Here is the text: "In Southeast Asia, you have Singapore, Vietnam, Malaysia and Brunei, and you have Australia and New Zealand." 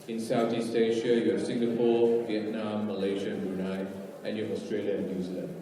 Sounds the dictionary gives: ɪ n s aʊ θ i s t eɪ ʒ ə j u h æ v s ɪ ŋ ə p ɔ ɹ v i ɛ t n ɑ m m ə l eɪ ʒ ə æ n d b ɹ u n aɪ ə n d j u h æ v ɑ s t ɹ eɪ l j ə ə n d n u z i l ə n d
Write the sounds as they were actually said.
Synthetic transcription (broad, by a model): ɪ n s aʊ t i s t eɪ ʃ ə j u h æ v s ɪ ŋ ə p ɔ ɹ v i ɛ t n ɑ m m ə l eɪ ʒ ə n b u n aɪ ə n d j u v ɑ s t ɹ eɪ l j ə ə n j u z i l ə n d